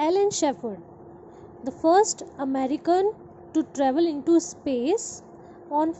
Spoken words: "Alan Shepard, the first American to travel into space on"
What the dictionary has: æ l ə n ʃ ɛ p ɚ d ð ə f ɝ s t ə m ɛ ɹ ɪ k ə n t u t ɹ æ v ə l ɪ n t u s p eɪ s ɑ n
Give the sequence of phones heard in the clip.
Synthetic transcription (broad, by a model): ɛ l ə n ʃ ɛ f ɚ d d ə f ɝ s t ə m ɛ ɹ ɪ k ə n t u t ɹ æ v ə l ɪ n t u s p eɪ s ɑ n